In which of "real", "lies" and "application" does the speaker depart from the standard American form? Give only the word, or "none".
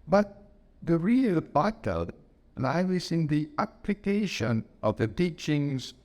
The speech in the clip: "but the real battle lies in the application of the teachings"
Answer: lies